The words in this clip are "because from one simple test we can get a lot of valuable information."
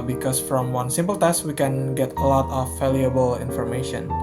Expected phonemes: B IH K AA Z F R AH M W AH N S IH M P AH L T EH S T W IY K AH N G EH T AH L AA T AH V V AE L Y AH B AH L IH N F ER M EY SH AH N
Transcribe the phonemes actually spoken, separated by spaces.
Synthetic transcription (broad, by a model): B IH K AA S F R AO M W AH N S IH M P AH L T EH S T W IY K AH N G EH T AH L AA T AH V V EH L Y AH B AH L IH N F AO M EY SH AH N